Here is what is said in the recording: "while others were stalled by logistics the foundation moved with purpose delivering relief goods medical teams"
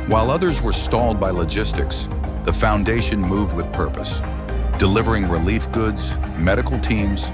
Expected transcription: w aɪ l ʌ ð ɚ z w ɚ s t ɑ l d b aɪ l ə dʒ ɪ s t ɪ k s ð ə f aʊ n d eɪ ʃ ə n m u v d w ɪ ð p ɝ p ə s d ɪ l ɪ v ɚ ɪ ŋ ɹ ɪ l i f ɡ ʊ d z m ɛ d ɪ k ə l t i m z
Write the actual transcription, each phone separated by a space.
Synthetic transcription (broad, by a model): w aɪ l ʌ ð ɚ z w ɚ s t ɑ l d b aɪ l ə dʒ ɪ s t ɪ k s ð ə f aʊ n d eɪ ʃ ə n m u v d w ɪ ð p ɝ p ə s d ɪ l ɪ v ɚ ɪ ŋ ɹ ɪ l i f ɡ ʊ d z m ɛ d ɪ k l t i m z